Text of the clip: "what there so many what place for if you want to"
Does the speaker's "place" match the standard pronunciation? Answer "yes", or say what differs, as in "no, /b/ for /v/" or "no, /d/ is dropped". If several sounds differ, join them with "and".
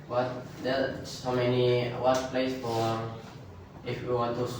yes